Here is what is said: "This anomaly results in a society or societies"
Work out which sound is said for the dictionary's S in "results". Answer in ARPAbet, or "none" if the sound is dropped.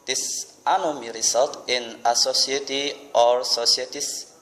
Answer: none